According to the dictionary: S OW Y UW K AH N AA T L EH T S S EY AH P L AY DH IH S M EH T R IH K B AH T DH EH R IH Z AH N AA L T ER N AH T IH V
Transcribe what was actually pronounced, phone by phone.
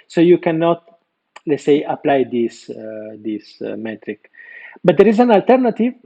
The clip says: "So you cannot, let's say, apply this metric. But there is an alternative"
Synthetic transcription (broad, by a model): S OW Y UW K AH N AA T L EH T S S EY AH P L AY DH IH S M EH T R IH K B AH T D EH R IH Z AH N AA L T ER N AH T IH V